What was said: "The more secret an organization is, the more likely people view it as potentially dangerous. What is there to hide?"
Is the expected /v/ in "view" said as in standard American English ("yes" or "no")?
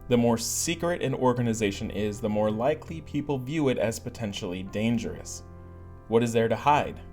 yes